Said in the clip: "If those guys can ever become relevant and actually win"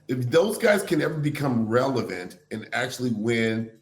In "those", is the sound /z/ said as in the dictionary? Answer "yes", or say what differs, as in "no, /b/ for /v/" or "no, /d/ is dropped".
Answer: yes